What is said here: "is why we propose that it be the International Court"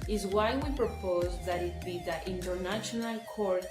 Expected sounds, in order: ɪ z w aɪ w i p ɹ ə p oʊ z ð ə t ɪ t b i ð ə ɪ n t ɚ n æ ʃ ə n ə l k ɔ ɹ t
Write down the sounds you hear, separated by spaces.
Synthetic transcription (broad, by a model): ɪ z w aɪ w i p ɹ ə p oʊ z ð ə t ɪ t b i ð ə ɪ n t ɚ n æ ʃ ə n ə l k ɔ ɹ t